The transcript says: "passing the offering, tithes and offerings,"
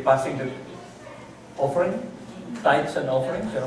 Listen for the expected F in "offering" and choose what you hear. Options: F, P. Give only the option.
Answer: F